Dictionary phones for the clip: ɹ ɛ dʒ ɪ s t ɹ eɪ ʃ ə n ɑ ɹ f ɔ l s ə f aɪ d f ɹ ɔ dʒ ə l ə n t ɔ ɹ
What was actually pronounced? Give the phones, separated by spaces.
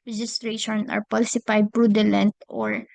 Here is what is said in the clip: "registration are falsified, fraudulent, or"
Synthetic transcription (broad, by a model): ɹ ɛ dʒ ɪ s t ɹ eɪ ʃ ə n ɑ ɹ p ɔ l s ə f aɪ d p ɹ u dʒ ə l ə n t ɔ ɹ